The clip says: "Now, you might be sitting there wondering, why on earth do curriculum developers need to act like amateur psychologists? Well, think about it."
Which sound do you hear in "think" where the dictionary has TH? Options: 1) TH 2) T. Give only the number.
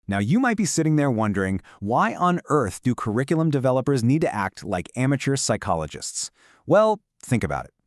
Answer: 1